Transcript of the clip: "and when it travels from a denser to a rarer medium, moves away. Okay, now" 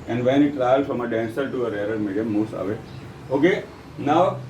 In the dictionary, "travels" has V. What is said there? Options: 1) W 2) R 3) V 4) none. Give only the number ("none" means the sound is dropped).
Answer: 4